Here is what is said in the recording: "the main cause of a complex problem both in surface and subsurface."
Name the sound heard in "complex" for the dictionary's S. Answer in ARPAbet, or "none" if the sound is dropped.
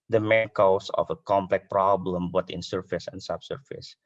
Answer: none